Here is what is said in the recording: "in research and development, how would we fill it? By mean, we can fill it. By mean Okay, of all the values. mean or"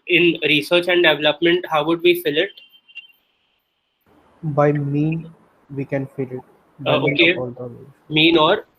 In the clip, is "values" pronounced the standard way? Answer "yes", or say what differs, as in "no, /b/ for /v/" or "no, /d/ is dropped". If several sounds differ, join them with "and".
no, /z/ is dropped